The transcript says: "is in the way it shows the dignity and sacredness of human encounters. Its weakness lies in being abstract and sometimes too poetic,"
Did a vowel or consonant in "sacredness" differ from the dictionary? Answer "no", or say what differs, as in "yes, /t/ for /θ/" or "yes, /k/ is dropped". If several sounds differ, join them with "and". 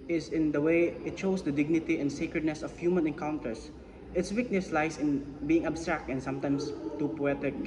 no